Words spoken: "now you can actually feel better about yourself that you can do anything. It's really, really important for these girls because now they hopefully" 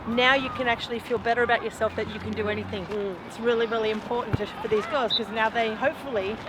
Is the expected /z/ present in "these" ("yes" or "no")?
yes